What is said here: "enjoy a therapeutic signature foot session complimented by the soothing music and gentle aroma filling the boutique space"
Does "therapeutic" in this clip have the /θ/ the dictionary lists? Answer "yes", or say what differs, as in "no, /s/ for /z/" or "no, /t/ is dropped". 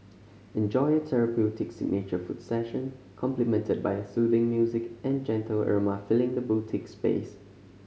no, /t/ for /θ/